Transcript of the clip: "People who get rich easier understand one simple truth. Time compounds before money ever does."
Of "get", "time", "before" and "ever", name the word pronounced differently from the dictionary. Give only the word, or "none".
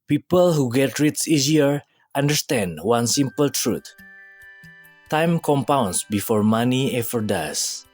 ever